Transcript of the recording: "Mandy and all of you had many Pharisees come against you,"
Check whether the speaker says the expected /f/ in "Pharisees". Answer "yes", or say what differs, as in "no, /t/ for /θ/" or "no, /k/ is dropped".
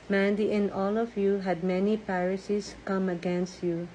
no, /p/ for /f/